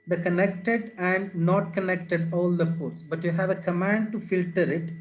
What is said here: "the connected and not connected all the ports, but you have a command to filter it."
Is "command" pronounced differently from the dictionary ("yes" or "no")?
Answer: no